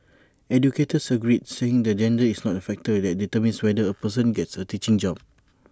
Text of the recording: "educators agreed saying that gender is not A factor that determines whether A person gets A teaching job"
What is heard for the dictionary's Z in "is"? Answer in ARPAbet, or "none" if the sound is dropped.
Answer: S